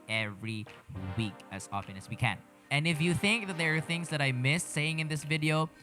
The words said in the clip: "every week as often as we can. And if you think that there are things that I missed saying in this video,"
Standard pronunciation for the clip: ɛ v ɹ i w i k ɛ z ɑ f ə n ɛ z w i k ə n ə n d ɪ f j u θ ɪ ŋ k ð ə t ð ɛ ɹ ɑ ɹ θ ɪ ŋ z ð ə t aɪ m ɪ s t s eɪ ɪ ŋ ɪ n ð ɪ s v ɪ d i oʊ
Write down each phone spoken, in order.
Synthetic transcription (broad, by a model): ɛ v ɹ i w i k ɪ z ɑ f ə n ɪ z w i k ə n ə n ɪ f j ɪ θ ɪ ŋ k ð ə t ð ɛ ɹ ɹ θ ɪ ŋ z ð ə t aɪ m ɪ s s eɪ ɪ ŋ ɪ n ð ɪ s v ɪ d i oʊ